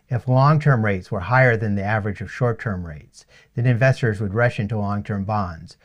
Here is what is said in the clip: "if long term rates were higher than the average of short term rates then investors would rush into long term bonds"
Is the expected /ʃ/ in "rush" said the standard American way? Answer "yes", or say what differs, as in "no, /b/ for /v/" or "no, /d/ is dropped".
yes